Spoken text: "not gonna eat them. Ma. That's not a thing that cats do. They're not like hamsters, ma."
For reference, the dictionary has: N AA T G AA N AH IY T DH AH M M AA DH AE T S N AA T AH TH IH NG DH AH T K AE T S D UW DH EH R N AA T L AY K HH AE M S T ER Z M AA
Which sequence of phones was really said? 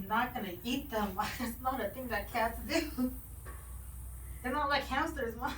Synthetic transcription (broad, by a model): N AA T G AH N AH IY T DH AH M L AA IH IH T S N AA T AH TH IH NG DH AH T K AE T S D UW DH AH R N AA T L AY K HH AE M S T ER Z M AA